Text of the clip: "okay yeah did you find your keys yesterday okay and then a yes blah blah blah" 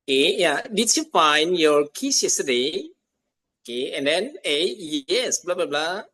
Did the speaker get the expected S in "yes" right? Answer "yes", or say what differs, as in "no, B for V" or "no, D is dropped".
yes